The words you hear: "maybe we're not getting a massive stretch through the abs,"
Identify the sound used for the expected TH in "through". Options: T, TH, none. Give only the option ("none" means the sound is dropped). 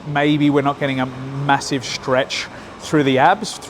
TH